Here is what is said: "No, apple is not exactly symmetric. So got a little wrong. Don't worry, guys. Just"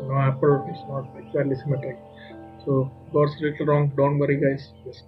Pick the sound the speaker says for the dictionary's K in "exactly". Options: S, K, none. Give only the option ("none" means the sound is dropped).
none